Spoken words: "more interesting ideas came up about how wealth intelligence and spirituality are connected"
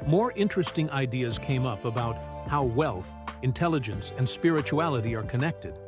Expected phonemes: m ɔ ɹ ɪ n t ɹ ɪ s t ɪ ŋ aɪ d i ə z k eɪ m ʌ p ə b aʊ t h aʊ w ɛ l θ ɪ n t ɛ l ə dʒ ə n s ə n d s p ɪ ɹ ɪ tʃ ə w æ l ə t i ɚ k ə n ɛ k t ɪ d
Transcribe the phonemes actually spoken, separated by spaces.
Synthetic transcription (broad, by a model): m ɔ ɹ ɪ n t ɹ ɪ s t ɪ ŋ aɪ d i ə z k eɪ m ʌ p ə b aʊ t h aʊ w ɛ l θ ɪ n t ɛ l ə dʒ ə n s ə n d s p ɪ ɹ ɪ tʃ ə æ l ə t i ɚ k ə n ɛ k t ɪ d